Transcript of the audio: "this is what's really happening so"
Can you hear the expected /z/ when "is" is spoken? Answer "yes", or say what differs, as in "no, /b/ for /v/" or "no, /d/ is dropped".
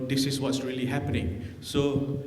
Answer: no, /s/ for /z/